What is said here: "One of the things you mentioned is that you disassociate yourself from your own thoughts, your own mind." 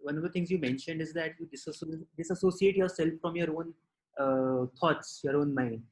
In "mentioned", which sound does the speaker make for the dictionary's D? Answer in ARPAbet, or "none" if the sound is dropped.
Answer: D